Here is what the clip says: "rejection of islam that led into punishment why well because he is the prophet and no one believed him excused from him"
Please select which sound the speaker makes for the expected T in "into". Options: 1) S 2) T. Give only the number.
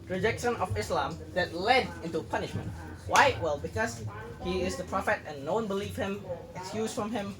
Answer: 2